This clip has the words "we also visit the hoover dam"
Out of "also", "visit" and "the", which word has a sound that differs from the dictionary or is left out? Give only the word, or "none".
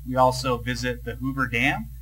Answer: none